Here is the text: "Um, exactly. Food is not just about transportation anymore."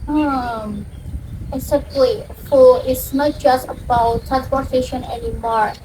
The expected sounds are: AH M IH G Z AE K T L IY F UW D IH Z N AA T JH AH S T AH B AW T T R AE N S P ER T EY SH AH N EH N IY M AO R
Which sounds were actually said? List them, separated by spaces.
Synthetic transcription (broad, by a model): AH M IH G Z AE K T L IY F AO IH S N AA T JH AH S T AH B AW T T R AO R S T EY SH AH N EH N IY M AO R